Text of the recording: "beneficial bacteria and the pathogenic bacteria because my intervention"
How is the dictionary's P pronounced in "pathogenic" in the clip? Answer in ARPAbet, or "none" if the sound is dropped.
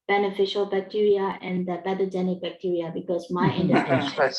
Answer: B